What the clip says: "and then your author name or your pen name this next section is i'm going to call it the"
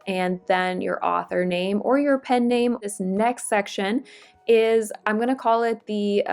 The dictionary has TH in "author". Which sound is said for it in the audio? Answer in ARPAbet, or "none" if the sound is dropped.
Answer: TH